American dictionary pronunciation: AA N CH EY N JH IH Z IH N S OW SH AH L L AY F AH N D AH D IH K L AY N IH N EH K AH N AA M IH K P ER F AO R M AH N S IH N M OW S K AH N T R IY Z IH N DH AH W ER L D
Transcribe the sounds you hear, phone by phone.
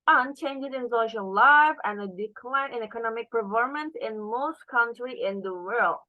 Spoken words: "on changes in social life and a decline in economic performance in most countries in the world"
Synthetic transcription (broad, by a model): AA N CH EY N JH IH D IH N S OW SH AH L L AY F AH N AH D IH K L AY N IH N EH K AH N AA M IH K P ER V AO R M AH N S IH N M OW S K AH N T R IY IH N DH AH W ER L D